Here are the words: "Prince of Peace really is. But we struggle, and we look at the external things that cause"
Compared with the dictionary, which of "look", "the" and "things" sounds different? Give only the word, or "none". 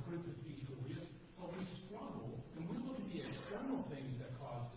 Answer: none